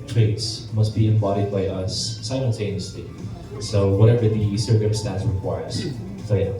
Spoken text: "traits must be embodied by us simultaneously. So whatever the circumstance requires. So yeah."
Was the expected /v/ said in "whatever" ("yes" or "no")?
yes